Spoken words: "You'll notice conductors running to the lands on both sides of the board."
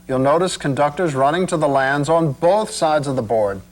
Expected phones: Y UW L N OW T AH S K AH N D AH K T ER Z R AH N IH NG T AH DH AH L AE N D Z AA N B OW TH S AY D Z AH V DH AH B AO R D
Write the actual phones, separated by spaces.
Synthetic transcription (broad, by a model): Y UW L N OW T AH S K AH N D AH K T ER Z R AH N IH NG T AH DH AH L AE N D Z N B OW TH S AY D Z AH V DH AH B AO R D